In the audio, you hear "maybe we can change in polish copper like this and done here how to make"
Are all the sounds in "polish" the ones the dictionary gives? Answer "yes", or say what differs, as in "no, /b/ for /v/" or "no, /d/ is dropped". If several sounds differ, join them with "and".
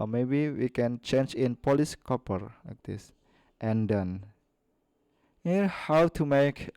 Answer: no, /s/ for /ʃ/